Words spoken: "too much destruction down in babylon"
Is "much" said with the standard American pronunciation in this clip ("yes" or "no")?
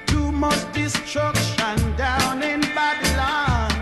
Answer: no